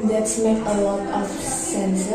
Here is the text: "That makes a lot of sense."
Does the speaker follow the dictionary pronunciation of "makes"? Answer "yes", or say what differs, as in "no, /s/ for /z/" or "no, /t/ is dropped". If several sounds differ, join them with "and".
no, /s/ is dropped